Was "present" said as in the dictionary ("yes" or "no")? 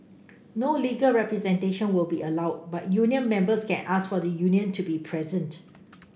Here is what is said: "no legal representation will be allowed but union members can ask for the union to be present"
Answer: yes